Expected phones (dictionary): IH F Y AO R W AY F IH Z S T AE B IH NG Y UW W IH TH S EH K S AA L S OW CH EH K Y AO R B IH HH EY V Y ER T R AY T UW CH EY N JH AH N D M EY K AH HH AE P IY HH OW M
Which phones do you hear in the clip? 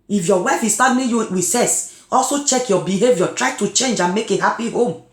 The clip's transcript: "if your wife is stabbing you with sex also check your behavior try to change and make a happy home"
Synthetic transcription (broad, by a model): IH F Y AO W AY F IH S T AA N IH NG Y UW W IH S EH S AA L S OW CH EH K Y AO B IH HH EY V Y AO T R AY T UW CH EY N JH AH N M EY K AH HH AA P IY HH OW M